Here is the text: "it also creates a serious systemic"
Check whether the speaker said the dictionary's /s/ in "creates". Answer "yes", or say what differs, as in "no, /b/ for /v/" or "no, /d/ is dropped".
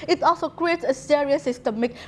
yes